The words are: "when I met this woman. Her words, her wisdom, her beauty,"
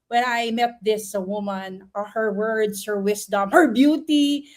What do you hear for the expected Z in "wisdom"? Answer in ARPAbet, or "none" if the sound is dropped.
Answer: S